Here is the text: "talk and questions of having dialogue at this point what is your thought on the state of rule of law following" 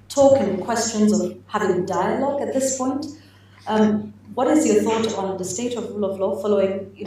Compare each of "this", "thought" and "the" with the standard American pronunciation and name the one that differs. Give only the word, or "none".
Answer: none